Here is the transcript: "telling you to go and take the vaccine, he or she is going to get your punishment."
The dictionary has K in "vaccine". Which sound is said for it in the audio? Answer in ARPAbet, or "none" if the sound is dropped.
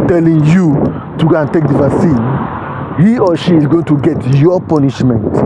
none